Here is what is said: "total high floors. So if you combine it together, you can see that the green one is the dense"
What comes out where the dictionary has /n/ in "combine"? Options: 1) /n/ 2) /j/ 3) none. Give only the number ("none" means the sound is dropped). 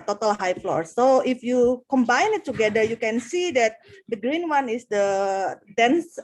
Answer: 1